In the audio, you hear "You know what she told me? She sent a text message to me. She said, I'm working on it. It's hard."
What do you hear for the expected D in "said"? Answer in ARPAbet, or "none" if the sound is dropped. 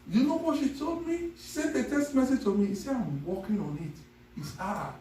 none